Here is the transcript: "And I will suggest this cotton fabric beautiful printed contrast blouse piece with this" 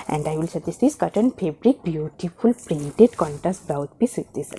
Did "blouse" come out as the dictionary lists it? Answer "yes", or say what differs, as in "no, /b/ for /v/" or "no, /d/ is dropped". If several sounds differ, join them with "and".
no, /l/ is dropped